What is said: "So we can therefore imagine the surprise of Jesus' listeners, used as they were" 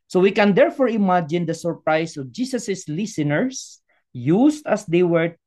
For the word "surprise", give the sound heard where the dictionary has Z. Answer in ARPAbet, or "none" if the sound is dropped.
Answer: S